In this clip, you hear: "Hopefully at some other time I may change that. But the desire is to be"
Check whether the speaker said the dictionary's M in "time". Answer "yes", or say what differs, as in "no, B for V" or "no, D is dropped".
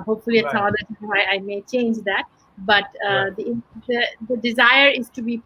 no, M is dropped